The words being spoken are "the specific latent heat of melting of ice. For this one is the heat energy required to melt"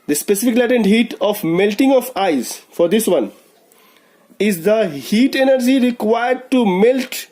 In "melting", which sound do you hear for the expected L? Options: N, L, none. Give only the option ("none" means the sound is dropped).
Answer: L